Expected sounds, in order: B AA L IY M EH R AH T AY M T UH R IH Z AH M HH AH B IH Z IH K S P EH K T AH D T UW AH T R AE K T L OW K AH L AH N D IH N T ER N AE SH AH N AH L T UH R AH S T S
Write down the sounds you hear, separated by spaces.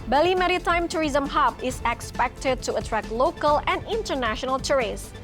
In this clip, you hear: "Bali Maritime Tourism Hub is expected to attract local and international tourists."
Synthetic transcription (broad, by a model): B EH L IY M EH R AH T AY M T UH R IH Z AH M HH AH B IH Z IH K S P EH K T AH D T UW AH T R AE K L OW K AH L AH N D IH N T ER N AE SH AH N AH L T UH R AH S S